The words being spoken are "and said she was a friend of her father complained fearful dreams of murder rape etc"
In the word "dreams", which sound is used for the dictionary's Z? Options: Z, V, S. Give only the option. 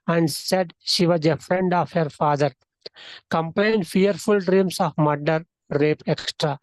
S